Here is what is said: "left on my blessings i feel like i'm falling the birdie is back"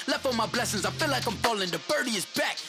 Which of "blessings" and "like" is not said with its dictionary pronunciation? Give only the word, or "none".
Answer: none